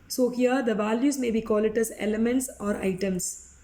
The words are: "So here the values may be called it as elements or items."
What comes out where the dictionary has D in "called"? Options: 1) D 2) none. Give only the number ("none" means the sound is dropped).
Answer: 2